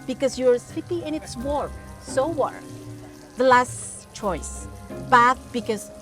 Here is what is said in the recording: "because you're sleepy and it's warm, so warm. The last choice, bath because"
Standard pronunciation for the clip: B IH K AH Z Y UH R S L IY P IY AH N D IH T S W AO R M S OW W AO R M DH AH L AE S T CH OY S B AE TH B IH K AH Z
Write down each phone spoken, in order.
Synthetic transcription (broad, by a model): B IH K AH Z Y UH R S IY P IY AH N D IH T S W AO R S OW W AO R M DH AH L AE S T CH OY S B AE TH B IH K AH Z